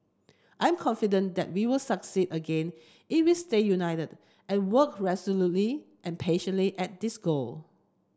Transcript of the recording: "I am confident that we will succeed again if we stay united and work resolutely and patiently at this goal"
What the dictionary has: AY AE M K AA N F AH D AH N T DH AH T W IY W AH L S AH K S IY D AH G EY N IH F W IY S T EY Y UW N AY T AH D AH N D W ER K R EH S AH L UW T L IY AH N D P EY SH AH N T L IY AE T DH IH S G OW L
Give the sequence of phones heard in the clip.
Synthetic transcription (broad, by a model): AY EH M K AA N F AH D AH N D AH T W IY W AH L S AH K S IY D AH G EY N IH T W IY S T EY Y UW N AY T AH D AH N W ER K R EH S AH L UW T L IY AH N P EY SH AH N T L IY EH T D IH S G OW L